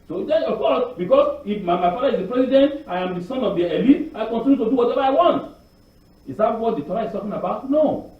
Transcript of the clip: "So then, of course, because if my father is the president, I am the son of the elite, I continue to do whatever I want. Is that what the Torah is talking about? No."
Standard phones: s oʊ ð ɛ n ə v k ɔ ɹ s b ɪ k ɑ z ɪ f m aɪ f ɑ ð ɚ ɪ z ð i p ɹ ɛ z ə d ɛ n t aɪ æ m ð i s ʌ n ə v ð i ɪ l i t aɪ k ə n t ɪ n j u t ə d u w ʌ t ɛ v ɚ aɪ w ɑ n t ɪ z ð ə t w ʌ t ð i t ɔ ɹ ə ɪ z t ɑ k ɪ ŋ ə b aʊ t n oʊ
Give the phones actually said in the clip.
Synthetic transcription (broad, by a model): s oʊ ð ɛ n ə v k ɔ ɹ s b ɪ k ɑ s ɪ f m aɪ f ɑ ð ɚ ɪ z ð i p ɹ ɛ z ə d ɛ n t aɪ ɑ m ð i s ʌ n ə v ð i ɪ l i aɪ k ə n t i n j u t ə d u w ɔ t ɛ v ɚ aɪ w ɑ n t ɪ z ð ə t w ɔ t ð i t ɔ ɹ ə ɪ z t ɑ k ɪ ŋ ə b aʊ t n oʊ